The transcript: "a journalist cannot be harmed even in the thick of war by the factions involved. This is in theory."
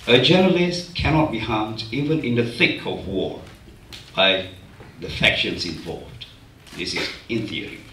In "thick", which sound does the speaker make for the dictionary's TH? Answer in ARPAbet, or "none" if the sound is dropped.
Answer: TH